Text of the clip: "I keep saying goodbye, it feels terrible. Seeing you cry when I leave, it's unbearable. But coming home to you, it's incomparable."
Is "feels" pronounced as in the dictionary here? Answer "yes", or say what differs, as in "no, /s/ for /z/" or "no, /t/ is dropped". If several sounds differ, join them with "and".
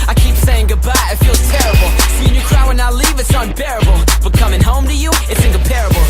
no, /z/ is dropped